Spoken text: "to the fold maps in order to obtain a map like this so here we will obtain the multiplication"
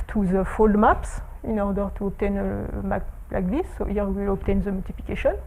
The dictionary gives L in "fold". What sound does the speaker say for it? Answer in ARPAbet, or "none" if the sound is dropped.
L